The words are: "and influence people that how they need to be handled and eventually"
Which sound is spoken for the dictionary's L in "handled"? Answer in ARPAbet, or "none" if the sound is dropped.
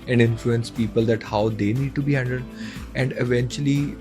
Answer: none